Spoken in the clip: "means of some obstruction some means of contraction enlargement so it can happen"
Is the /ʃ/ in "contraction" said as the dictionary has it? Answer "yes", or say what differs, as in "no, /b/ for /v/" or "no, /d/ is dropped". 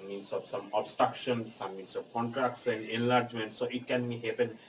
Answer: no, /s/ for /ʃ/